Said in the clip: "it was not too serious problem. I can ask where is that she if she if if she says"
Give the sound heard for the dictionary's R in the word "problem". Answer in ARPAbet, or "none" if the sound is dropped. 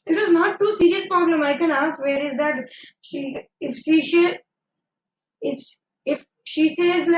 none